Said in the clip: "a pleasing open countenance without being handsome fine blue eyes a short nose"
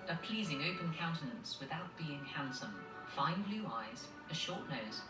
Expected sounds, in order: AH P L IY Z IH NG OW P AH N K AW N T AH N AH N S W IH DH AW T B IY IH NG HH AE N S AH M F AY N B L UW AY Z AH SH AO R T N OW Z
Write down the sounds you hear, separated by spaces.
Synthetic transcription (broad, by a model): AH P L IY Z IH NG OW P AH N K AW N T AH N AH N S W IH DH AW T B IY IH NG HH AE N S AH M F AY N B L UW AY Z AH SH AO T N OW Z